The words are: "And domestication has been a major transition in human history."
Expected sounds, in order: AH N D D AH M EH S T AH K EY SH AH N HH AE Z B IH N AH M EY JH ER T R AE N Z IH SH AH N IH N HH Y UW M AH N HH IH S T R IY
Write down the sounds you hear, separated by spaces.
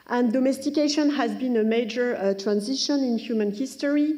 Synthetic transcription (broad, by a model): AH N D D AH M EH S T AH K EY SH AH N HH AE Z B IH N AH M EY JH ER T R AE N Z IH SH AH N IH N HH Y UW M AH N HH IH S T R IY